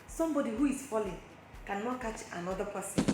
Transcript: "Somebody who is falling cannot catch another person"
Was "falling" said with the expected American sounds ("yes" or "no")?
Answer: yes